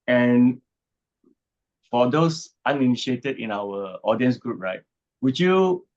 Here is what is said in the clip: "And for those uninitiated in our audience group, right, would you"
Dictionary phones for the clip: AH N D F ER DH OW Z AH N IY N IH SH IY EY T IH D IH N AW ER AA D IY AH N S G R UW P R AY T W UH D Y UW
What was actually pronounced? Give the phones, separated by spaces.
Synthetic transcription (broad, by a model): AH N F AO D OW S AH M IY N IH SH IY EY T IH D IH N AW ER AA D IY AH N S G R UW P R AY T W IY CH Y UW